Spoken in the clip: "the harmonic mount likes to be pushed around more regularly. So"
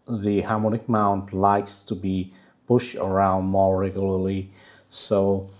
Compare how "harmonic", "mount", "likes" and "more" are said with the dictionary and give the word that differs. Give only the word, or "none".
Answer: none